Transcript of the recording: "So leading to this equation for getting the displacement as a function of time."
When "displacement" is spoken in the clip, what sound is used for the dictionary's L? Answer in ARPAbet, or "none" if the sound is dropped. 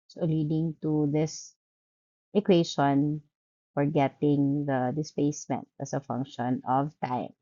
none